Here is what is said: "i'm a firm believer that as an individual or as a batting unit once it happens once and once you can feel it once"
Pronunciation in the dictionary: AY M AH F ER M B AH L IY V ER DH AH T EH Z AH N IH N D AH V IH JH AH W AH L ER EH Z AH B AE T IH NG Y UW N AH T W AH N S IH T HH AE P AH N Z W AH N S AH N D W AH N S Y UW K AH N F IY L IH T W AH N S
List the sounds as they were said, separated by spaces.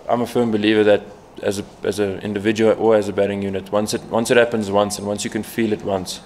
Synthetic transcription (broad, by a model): AY M AH F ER M B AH L IY V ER DH AH T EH Z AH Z IH N D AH V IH JH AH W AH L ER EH Z AH B AE T IH NG Y UW N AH T W AH N S IH T HH AE P AH N Z W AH N S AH N W AH N S Y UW K AH N F IY L IH T W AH N S